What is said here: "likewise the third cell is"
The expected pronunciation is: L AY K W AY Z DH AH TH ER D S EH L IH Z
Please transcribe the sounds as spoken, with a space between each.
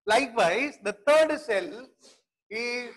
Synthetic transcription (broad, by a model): L AY K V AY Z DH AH T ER D S EH L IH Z